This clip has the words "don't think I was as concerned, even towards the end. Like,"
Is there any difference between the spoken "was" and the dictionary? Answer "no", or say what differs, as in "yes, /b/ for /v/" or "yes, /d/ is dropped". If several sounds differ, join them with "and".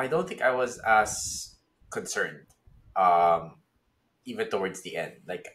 no